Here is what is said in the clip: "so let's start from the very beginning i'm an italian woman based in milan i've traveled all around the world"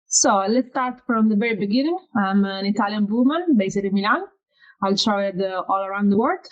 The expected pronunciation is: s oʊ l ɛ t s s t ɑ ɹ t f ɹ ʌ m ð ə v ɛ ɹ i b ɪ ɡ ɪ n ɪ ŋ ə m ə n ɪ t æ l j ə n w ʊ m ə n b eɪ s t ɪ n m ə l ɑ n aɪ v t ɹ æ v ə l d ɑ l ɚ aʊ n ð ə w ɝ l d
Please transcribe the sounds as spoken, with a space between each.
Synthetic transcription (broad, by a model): s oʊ l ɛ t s s t ɑ ɹ t f ɹ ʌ m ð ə v ɛ ɹ i b ɪ ɡ ɪ n ɪ ŋ ə m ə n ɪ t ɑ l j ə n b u m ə n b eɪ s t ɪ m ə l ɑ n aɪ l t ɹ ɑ ə d ɑ l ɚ aʊ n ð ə w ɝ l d